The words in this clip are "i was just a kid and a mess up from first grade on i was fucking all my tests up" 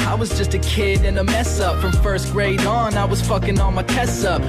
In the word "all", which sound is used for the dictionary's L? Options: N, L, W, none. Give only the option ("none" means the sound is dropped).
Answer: N